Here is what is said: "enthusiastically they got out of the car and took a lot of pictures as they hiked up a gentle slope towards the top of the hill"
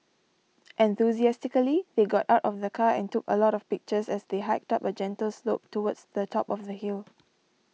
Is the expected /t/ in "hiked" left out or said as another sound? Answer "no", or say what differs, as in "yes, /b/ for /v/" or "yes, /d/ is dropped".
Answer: no